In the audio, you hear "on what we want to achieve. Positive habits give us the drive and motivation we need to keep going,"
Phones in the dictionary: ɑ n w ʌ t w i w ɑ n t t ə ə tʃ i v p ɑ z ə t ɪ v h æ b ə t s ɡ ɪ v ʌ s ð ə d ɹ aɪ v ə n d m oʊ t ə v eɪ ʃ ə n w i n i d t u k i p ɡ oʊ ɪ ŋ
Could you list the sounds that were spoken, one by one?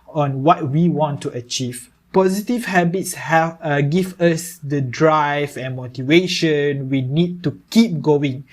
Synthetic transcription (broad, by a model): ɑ n w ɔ t w i w ɑ n t t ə ə tʃ i v p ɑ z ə t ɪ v h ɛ b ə t s ɡ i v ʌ s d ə d ɹ aɪ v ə n m oʊ t ə v eɪ ʃ ə n w i n i d t u k i p ɡ oʊ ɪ ŋ